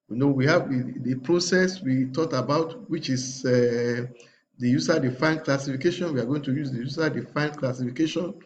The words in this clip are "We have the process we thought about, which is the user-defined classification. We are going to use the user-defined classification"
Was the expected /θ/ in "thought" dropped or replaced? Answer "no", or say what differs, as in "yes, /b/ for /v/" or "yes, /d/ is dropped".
yes, /t/ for /θ/